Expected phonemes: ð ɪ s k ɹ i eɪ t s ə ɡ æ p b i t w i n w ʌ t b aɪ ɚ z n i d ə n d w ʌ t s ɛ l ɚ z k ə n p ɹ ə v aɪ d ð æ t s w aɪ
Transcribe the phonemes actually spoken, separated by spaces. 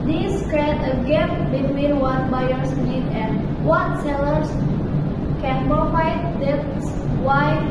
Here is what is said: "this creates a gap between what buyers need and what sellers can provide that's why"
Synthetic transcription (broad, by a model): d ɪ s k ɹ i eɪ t ə ɡ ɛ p b i t w i n w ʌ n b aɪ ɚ s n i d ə n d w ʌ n s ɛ l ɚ s k ə n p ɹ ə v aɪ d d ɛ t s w aɪ